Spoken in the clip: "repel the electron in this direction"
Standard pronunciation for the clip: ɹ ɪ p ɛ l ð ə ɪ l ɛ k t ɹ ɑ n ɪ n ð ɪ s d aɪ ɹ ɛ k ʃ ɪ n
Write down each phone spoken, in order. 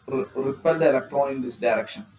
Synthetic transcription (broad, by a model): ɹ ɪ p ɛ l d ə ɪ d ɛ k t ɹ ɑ ɪ n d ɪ s d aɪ ɹ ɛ k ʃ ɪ n